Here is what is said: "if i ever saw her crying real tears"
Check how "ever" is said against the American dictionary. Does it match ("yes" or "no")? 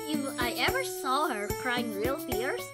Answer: yes